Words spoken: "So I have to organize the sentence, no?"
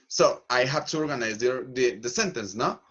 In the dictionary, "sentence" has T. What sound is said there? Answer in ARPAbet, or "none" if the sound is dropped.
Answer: T